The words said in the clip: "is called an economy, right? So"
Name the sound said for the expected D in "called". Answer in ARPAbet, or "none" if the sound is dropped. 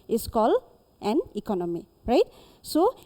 none